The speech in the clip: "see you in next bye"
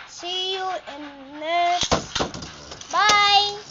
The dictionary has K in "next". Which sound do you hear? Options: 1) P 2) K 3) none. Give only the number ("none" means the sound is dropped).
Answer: 3